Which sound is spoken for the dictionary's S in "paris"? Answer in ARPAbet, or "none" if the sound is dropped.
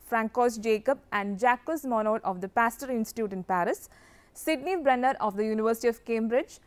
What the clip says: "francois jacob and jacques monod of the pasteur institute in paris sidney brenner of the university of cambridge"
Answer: S